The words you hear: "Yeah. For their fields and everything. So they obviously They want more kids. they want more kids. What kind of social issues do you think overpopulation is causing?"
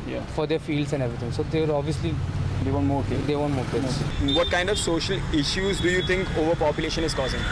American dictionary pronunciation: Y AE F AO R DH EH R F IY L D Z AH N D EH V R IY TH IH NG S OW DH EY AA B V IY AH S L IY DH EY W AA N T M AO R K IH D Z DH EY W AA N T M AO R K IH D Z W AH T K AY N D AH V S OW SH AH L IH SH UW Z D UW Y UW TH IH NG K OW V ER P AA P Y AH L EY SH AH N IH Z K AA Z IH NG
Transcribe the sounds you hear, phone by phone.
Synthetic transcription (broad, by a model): Y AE F AO R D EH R F IY L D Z AH N D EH V R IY T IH NG S OW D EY AA B V IY AH S L IY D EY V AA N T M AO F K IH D EY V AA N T M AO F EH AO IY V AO T K AY N D AH V S OW SH AH L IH SH UW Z D UW Y UW T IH NG K OW V ER P AA P Y AH L EY SH AH N IH Z K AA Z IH NG